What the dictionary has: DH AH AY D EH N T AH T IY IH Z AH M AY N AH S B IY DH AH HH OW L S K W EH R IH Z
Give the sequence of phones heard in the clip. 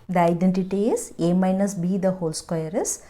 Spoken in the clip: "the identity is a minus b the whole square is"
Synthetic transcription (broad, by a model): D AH AY D EH N T AH T IY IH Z AH M AY N AH S B IY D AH HH OW L S K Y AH R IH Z